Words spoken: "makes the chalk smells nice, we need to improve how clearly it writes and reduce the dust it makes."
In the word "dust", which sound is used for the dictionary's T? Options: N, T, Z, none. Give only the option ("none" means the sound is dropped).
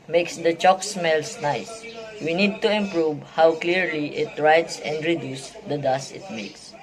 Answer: none